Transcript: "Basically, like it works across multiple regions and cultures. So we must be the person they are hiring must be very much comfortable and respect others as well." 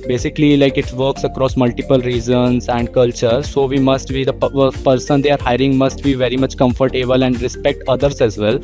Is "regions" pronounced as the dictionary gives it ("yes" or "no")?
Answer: no